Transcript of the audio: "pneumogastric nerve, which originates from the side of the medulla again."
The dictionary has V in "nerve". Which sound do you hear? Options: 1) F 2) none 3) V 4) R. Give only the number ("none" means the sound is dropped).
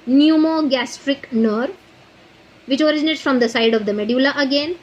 3